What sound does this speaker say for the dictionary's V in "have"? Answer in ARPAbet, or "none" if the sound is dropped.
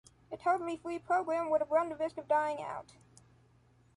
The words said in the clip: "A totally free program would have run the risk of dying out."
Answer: B